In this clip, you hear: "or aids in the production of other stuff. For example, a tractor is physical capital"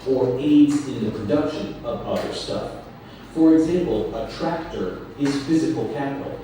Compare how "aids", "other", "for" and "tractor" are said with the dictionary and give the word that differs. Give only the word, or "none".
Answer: none